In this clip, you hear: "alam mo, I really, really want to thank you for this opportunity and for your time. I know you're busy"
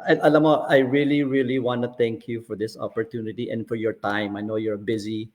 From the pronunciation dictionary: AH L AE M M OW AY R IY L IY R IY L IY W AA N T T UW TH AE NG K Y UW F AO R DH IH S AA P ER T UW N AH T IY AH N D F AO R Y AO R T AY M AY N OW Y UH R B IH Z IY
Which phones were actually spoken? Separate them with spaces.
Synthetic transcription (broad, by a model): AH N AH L M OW AY R IY L IY R IY L IY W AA N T T UW T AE NG K Y UW F AO R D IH S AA P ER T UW N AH T IY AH N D F AO R Y AO R T AY M AY N OW Y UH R B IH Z IY